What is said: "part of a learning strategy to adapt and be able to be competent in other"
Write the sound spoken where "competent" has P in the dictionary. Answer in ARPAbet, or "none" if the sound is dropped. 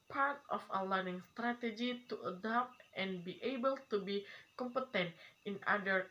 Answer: P